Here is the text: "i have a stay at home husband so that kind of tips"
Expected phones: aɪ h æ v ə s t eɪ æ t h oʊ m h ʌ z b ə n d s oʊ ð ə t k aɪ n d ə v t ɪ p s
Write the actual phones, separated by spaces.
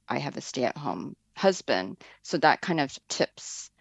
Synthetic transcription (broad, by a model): aɪ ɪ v ə s t eɪ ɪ t h oʊ m h ʌ z b ə n d s oʊ ð ə t k aɪ n d ə v t ɪ p s